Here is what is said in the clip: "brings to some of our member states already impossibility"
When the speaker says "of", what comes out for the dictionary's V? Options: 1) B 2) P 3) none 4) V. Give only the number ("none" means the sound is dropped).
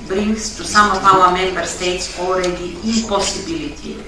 2